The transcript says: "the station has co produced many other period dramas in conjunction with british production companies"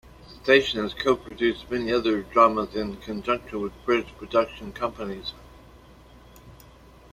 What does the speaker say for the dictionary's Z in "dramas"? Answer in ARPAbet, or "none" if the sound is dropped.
Z